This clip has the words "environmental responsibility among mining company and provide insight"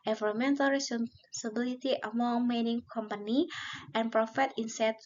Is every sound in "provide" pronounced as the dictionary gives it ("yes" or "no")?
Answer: no